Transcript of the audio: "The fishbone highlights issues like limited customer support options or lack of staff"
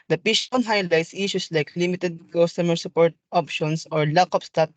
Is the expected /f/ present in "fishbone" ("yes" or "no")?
no